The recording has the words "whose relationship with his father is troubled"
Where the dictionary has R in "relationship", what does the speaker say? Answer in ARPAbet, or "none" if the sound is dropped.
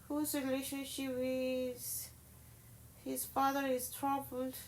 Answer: R